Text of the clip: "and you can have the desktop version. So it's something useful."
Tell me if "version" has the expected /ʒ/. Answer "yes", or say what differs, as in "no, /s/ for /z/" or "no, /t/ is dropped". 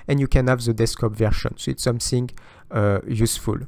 no, /ʃ/ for /ʒ/